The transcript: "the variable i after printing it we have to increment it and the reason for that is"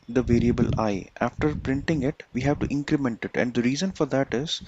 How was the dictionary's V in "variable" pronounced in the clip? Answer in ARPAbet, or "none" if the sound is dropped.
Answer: V